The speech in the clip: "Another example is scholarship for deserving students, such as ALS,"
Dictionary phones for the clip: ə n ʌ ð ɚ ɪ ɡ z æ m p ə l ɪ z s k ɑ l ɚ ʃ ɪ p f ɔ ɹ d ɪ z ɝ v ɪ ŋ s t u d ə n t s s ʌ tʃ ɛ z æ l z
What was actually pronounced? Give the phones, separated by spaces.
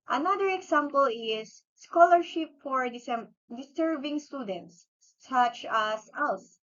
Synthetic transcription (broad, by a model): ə n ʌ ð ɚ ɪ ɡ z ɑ m p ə l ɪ s k ɑ l ɚ ʃ ɪ p f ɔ ɹ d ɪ s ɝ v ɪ ŋ s t u d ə n t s s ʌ tʃ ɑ s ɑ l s